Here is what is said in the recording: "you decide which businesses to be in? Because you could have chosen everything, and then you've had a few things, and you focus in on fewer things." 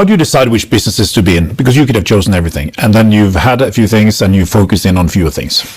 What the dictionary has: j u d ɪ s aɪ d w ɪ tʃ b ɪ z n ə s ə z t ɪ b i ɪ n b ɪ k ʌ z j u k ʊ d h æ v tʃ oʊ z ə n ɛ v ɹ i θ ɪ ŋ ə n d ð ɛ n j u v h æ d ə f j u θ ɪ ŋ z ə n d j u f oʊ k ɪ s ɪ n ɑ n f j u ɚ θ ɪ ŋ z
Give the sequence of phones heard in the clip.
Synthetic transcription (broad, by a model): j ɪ d ɪ s aɪ d w ɪ tʃ b ɪ z n ə s ə z t ɪ b i ɪ n b ɪ k ʌ z j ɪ k ʊ d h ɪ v tʃ oʊ z ə n ɛ v ɹ i θ ɪ ŋ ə n ð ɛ n j u v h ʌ d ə f j u θ ɪ ŋ z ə n j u f oʊ k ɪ s ɪ n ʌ n f j u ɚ θ ɪ ŋ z